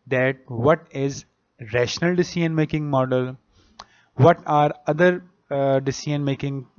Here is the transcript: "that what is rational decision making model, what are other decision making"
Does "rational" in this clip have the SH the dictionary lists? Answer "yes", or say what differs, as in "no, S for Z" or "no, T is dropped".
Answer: yes